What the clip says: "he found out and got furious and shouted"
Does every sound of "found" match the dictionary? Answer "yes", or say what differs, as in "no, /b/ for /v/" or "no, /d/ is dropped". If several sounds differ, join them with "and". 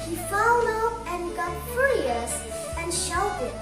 no, /l/ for /n/